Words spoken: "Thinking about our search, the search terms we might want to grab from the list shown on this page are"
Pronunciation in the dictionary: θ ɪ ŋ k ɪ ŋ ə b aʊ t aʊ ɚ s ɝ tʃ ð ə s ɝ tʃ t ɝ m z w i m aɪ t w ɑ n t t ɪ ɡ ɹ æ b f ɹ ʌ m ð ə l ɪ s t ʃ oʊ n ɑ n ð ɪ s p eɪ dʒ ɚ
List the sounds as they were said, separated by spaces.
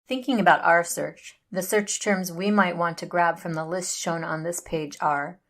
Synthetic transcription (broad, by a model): θ ɪ ŋ k ɪ ŋ ə b aʊ t aʊ ɚ s ɝ tʃ ð ə s ɝ tʃ t ɝ m z w i m aɪ t w ɑ n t t ɪ ɡ ɹ æ b f ɹ ʌ m ð ə l ɪ s t ʃ oʊ n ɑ n ð ɪ s p eɪ dʒ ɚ